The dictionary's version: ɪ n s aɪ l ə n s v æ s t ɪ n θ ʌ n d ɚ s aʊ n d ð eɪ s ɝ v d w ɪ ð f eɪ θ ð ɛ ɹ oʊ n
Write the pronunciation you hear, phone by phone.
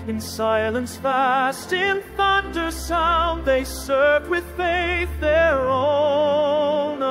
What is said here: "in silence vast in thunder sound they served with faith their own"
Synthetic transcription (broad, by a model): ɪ n s aɪ l ə n s f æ s t ɪ n θ ʌ n d ɚ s aʊ n ð eɪ s ɝ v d w ɪ ð f eɪ θ ð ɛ ɹ oʊ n